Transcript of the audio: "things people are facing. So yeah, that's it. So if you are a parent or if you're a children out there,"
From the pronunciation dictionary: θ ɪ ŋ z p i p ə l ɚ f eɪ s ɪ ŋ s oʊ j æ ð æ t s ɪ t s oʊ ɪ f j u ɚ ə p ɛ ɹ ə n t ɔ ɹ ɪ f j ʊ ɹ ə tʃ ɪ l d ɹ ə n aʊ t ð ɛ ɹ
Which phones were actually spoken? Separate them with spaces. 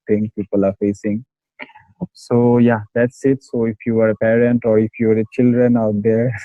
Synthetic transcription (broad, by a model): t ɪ ŋ p i p ə l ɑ f eɪ s ɪ ŋ s oʊ j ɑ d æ t s ɪ t s oʊ ɪ f j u ɚ ə p ɛ ɹ ə n t ɔ ɹ ɪ f j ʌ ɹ ə tʃ ɪ l d ɹ ə n aʊ t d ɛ ɹ